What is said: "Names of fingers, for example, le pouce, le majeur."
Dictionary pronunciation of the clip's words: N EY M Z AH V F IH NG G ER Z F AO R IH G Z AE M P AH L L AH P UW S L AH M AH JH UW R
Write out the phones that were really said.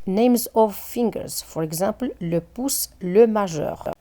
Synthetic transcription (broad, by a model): N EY M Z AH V F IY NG G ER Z F AO R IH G Z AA P L L AH P UW S L AH M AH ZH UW R